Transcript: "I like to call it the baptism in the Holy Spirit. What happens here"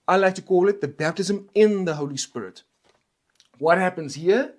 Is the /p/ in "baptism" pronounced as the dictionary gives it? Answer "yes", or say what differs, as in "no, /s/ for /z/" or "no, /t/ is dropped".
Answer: yes